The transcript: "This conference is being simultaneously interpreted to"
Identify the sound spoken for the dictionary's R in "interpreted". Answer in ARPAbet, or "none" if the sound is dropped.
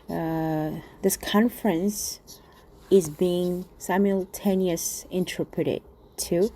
R